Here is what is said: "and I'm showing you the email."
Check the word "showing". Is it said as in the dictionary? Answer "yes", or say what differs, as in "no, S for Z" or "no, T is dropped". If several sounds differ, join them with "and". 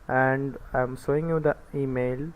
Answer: no, S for SH